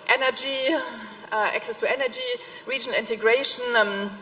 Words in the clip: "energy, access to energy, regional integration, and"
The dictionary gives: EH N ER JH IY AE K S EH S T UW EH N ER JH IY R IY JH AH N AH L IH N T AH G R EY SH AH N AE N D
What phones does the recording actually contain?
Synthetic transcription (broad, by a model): EH N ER JH IY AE K S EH S T UW EH N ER JH IY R IY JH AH N IH N T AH G R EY AH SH N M